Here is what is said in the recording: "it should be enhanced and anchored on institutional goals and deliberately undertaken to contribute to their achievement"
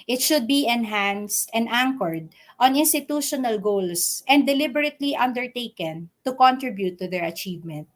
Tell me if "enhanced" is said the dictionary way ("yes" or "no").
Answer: yes